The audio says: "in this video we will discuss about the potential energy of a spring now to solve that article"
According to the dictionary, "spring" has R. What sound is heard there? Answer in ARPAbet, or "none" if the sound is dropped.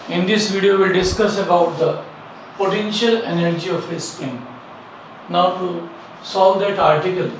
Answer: none